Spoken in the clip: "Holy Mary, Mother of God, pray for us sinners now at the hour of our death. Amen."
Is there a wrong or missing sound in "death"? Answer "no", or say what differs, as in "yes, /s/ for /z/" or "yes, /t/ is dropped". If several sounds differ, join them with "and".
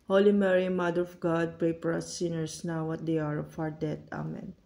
yes, /t/ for /θ/